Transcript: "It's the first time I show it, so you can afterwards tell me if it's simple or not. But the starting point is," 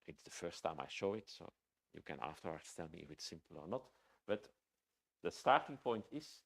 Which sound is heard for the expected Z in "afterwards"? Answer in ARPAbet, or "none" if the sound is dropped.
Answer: S